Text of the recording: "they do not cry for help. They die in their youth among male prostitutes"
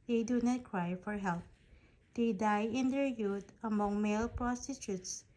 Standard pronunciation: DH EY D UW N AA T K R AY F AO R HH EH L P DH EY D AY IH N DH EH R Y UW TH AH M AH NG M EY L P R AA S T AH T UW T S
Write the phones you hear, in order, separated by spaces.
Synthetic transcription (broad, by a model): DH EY D UW N AA T K R AY F AO R HH EH L P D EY D AY IH N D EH R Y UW T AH M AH NG M EY L P R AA S T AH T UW T S